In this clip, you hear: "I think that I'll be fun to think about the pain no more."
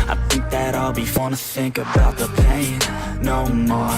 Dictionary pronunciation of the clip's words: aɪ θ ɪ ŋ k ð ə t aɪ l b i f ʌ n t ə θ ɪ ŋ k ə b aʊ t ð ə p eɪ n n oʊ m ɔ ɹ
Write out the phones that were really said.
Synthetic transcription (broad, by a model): aɪ θ ɪ ŋ k ð ə t aɪ l b i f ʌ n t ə θ ɪ ŋ k ə b aʊ t ð ə p eɪ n n oʊ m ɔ